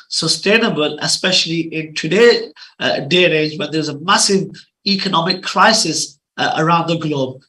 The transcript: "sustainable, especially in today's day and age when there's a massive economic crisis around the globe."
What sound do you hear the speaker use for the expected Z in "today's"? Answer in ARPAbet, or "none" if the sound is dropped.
none